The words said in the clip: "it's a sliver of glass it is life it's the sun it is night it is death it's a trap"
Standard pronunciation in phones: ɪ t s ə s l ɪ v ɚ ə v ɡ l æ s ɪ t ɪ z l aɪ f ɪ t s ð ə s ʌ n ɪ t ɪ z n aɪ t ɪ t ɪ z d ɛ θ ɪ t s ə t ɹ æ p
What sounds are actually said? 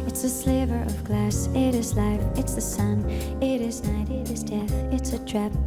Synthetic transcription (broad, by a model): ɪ t s ə s l ɪ v ɚ ə v ɡ l æ s ɪ t ɪ z l aɪ f ɪ t s ð ə s ʌ n ɪ t ɪ z n aɪ t ɪ t ɪ z d ɛ θ ɪ t s ə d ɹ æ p